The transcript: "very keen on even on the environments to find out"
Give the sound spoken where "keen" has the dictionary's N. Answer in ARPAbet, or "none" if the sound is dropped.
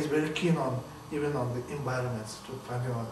N